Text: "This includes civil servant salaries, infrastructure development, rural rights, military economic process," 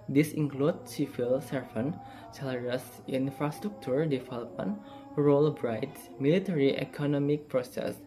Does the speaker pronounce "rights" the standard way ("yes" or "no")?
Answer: no